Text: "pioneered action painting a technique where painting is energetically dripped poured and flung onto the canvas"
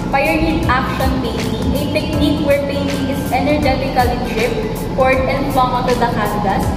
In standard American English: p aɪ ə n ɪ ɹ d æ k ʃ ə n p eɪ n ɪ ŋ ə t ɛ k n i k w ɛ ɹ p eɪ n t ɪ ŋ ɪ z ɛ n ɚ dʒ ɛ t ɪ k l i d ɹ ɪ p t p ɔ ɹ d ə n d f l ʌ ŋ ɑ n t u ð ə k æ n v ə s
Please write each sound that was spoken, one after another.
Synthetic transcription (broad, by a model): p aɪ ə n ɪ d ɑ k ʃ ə n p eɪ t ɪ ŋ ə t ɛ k n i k w ɛ ɹ p eɪ n t ɪ ŋ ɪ s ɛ n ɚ dʒ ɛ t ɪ k l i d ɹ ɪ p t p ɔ ɹ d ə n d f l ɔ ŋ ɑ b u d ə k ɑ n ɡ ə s